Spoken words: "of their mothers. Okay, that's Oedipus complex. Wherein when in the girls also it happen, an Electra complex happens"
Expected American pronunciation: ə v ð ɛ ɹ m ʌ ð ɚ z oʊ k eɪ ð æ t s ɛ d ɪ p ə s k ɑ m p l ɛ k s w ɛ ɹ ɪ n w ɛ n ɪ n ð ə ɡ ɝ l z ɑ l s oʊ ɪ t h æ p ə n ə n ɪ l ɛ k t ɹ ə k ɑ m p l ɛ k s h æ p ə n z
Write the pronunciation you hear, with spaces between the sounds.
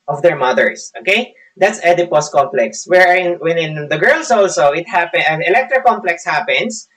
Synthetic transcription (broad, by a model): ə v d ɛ ɹ m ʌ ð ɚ s oʊ k eɪ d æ t s ɛ d ɪ p ə s k ɑ m p l ɛ k s w ɛ ɹ ɪ n w ɛ n ɪ n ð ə ɡ ɝ l s ɑ l s oʊ ɪ t h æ p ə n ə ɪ l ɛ k t ɹ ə k ɑ m p l ɛ k s h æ p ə n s